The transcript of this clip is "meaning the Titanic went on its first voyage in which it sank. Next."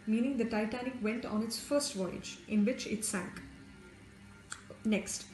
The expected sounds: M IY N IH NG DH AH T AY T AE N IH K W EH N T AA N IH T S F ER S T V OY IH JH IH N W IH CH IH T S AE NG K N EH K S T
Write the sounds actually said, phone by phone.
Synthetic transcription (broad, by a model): M IY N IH NG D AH T AY T AE N IH K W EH N T AA N IH T S F ER S T V OY IH JH IH N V IH CH IH T S AE NG K N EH K S T